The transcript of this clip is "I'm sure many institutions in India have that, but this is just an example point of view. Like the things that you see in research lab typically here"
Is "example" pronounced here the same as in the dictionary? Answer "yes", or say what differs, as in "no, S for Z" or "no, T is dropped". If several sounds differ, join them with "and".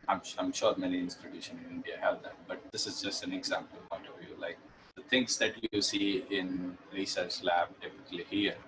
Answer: yes